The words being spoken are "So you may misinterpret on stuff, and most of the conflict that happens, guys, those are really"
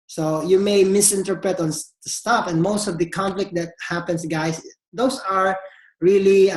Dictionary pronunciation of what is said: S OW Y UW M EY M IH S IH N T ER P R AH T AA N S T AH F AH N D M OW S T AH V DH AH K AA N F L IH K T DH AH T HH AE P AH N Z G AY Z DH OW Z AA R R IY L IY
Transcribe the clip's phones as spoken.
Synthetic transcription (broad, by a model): S OW Y UW M EY M IH S IH N T ER P R AH T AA N S T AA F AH N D M OW S T AH V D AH K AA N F L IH K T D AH T HH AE P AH N S G AY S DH OW S AA R R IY L IY